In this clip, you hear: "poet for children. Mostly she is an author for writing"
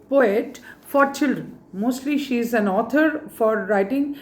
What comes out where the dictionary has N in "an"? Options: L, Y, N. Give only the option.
N